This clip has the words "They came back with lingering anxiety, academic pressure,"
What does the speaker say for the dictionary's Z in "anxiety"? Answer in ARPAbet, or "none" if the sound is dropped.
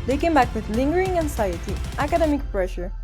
S